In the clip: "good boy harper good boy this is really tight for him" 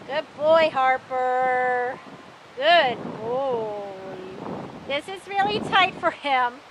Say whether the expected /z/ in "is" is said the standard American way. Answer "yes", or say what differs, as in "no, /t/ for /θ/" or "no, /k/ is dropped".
yes